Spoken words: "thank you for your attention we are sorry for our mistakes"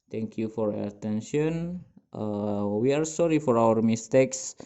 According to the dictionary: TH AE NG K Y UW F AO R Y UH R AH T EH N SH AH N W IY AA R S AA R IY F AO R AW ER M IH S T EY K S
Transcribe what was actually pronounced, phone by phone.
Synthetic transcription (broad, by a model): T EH NG K Y UW F AO R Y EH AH T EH N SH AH N W IY AA R S AA R IY F AO R AW ER M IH S T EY K S